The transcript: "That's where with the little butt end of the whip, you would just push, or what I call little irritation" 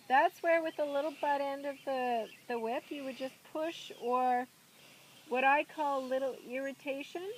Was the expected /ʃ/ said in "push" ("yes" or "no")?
yes